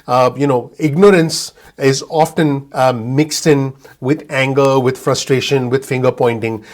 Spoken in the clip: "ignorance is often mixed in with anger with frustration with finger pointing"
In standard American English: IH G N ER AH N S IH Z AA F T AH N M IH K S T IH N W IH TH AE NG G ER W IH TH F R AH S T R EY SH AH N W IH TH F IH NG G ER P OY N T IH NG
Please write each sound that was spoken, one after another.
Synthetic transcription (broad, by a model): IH G N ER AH N S IH Z AA F T AH N M IH K S T IH N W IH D AE NG G ER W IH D F R AH S T R EY SH AH N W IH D F IH NG G ER P OY N T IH NG